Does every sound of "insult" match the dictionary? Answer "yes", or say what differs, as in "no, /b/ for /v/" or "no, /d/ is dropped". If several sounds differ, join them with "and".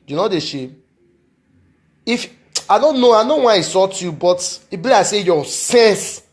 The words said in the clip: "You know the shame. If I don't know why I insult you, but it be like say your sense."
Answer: no, /n/ is dropped and /l/ is dropped